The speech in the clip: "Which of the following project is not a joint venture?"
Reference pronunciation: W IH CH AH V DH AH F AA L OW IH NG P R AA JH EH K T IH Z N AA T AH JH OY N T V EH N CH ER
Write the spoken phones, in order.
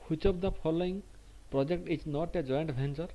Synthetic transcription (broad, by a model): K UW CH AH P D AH P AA L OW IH NG P R AA JH EH K T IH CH N AA T AH JH OY N T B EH N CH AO